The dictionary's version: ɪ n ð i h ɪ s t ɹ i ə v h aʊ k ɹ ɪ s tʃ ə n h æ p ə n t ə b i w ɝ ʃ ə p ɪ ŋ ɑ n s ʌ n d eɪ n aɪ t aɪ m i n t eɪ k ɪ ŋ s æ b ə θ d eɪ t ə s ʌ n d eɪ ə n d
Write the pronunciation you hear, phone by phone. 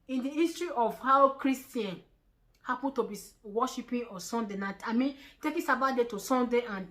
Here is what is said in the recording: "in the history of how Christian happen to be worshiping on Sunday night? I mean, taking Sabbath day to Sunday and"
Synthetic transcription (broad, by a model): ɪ n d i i s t ɹ i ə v h aʊ k ɹ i s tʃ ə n h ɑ p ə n t ə b i w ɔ ʃ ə p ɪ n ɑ s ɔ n d eɪ n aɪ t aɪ m i n t eɪ k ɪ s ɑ b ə t d eɪ t ə s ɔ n d eɪ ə n